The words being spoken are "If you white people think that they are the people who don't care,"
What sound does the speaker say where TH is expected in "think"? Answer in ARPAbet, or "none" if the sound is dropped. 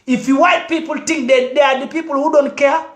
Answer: T